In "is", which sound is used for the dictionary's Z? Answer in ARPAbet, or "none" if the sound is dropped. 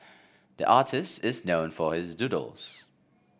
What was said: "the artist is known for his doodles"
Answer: Z